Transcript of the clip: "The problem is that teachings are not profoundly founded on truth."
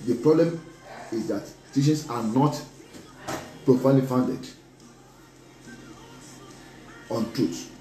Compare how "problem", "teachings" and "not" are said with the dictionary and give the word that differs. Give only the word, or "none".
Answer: teachings